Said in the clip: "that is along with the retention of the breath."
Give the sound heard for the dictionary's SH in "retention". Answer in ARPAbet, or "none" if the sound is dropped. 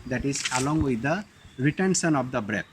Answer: S